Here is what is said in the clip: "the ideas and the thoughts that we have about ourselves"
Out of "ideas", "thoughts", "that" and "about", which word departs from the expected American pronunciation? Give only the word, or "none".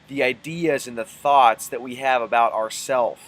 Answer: none